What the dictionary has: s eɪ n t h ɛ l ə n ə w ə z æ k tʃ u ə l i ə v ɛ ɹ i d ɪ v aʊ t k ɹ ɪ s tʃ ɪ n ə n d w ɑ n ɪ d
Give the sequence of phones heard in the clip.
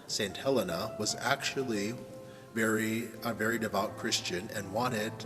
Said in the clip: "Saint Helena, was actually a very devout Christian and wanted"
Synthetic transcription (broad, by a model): s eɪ n t h ɛ l ə n ə w ə z æ k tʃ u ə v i ə v ɛ ɹ i d ɪ v aʊ t k ɹ ɪ s tʃ ɪ n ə n w ɑ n ɪ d